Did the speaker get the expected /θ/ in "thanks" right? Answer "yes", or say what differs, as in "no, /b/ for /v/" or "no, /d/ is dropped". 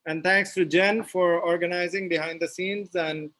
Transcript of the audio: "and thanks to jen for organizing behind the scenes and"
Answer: no, /t/ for /θ/